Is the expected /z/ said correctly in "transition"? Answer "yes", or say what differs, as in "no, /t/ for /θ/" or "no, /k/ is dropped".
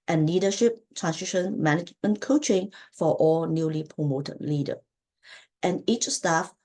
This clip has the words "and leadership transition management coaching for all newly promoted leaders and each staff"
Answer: no, /s/ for /z/